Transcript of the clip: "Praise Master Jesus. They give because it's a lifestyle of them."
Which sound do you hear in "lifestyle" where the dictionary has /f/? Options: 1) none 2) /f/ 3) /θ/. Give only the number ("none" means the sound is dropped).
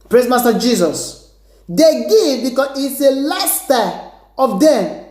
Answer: 1